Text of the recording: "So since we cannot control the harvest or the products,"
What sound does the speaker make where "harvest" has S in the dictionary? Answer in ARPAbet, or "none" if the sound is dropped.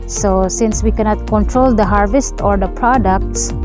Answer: S